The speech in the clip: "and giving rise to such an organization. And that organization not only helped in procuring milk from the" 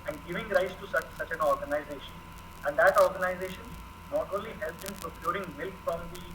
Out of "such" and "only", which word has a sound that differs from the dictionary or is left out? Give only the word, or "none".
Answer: only